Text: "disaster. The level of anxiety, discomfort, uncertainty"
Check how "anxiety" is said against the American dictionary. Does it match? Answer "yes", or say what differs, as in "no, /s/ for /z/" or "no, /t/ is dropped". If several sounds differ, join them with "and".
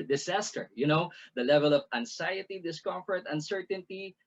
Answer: no, /s/ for /z/